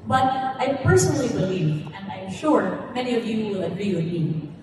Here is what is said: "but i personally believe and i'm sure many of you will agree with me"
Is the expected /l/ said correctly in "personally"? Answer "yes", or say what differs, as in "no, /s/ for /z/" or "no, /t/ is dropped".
yes